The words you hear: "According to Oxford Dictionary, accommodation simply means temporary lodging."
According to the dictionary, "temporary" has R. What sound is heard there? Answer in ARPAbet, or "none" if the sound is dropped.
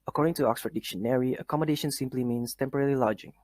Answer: L